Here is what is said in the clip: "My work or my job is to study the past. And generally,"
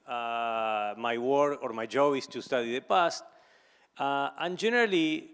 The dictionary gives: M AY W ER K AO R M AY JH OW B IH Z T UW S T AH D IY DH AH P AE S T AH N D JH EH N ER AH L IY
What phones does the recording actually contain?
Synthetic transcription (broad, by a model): M AY W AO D AO R M AY JH OW B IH S T UW S T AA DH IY DH AH P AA S T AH N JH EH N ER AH L IY